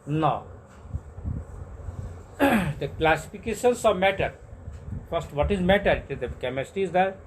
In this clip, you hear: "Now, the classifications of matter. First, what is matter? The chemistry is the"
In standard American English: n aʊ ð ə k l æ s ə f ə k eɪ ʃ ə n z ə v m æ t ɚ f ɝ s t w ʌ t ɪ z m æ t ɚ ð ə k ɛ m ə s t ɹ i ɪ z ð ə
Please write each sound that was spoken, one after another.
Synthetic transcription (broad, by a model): n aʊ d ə k l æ s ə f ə k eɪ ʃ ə n s ə v m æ t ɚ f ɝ s t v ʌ t ɪ z m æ t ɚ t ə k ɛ m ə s t i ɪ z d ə